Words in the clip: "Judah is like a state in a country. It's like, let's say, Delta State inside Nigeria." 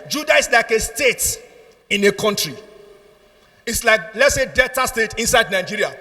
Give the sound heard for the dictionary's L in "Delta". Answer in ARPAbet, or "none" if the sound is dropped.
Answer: none